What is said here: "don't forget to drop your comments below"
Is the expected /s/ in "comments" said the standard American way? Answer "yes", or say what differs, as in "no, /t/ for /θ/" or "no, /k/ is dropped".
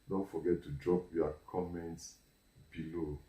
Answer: yes